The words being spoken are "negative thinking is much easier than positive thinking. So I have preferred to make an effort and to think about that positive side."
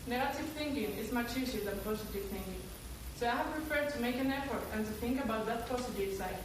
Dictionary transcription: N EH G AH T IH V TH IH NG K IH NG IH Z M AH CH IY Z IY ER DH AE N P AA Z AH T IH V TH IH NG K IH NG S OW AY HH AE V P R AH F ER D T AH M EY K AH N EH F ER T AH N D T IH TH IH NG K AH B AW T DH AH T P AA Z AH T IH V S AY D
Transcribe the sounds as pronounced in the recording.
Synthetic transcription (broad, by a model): N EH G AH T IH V TH IH NG K IH NG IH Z M AH CH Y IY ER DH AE N P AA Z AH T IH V TH IH NG K IH NG S OW AY HH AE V P R AH F ER D T AH M EY K AH N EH F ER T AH N T IH TH IH NG K AH B AW T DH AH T P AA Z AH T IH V S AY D